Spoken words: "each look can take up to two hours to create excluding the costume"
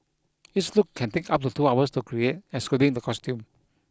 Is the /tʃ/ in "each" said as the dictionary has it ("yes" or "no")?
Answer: no